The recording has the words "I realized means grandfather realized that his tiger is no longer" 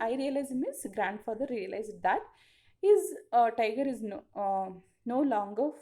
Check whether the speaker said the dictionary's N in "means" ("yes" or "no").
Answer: no